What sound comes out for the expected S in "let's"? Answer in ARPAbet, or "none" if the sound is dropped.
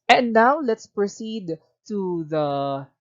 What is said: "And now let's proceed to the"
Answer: S